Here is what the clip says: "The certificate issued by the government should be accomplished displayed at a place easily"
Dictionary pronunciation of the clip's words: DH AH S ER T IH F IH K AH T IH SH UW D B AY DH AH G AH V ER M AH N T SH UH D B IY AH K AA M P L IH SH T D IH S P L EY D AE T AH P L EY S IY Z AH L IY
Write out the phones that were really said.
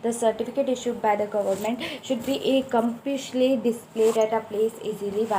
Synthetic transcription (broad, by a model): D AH S ER T IH F IH K AH T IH SH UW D B AY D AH G AH V ER M AH N T SH UH D B IY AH K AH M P IH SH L D IH S P L EY D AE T AH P L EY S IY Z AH L IY